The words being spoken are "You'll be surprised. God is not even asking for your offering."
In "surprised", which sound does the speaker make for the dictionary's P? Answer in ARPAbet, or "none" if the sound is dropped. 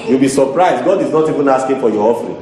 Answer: P